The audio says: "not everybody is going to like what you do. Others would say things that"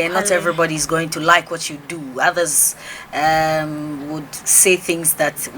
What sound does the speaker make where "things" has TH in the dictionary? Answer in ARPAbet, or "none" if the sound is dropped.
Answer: TH